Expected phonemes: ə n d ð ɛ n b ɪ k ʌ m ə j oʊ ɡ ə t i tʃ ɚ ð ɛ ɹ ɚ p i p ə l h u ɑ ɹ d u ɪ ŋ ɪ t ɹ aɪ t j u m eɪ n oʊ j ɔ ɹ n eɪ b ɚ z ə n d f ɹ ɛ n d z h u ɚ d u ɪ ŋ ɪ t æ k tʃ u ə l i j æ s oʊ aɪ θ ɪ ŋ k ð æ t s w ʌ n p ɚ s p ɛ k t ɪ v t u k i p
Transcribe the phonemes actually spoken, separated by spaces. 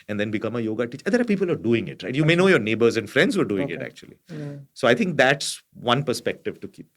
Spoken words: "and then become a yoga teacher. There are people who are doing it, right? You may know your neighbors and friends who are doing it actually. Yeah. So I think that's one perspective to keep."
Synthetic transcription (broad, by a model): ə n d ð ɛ n b ɪ k ʌ m ə j oʊ ɡ ə t i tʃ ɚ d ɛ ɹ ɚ p i p ə l ɑ ɹ d u ɪ ŋ ɪ t ɹ aɪ t j u m eɪ n oʊ j ɔ ɹ n eɪ b ɚ z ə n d f ɹ ɛ n d z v ɚ d u ɪ ŋ ɪ t æ k tʃ u ə l i s oʊ aɪ t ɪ ŋ k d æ t s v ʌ n p ɚ s p ɛ k t ɪ v t u k i p